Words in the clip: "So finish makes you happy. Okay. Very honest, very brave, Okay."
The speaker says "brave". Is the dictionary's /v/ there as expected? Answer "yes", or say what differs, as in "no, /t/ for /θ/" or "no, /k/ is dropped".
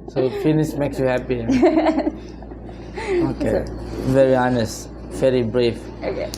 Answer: no, /f/ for /v/